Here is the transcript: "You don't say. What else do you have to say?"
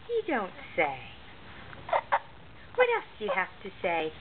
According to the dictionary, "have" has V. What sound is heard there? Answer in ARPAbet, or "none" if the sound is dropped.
F